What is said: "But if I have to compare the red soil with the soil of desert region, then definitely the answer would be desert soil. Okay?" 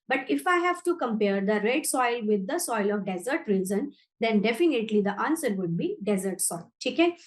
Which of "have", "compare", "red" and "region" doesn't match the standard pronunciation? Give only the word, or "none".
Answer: region